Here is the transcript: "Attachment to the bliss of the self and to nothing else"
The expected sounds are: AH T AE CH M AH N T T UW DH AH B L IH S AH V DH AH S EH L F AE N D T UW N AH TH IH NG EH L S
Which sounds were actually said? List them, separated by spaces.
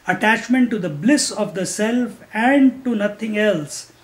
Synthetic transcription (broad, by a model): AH T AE CH M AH N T T UW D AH B L IH S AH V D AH S EH L F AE N D T UW N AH T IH NG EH L S